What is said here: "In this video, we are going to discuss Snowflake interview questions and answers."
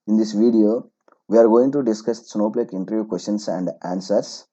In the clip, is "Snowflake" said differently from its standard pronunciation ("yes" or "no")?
yes